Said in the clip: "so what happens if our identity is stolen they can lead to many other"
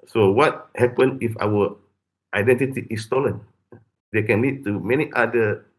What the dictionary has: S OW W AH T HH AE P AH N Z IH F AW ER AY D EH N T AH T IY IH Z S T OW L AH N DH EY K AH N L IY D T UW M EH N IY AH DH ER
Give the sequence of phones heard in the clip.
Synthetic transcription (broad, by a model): S OW W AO T HH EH P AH N IH F AW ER AY D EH N T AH T IY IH S T OW L AH N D EY K AH N L IY D T UW M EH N IY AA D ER